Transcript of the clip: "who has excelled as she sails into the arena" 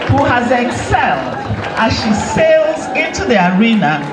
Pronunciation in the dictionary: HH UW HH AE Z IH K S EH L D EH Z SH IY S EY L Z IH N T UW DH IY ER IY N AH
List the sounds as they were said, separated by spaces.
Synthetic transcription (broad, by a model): HH UW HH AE Z IH K S EH L D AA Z SH IY S EY L Z IH N T UW DH IY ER IY N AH